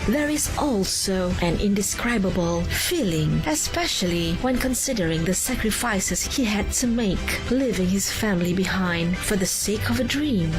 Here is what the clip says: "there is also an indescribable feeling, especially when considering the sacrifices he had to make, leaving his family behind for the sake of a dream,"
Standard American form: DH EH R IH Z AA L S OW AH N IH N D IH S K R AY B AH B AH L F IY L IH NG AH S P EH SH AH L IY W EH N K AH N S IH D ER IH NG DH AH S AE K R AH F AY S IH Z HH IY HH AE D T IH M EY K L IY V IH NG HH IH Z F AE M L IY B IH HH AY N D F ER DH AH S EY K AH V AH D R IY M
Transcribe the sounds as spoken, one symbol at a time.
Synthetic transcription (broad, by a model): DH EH R IH Z AA L S OW AH N IH N D IH S K R AY B AH B AH L F IY L IH NG AH S P EH SH AH L IY W EH N K AH N S IH D ER IH NG DH AH S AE K R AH F AY S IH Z HH IY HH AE D T IH M EY K L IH V IH NG HH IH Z F AE M L IY B IH HH AY N D F ER DH AH S EY K AH V AH D R IY M